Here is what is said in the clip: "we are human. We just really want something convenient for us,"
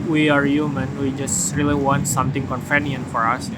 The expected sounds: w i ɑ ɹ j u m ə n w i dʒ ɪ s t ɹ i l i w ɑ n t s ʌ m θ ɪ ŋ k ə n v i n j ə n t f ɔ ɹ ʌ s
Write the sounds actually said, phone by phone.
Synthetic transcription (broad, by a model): w i ɑ ɹ j u m ə n w i dʒ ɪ s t ɹ i l i w ɑ n t s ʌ m t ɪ ŋ k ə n f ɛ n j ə n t f ɔ ɹ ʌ s